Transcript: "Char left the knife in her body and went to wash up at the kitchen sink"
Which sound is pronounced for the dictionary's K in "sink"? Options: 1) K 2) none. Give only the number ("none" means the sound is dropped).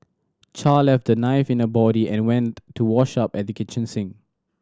2